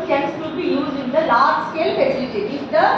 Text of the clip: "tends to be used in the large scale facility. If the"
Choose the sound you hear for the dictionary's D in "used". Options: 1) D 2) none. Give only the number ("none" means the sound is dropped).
2